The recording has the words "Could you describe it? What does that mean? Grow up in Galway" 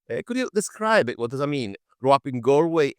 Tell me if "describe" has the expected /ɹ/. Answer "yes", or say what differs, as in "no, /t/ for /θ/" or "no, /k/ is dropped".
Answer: yes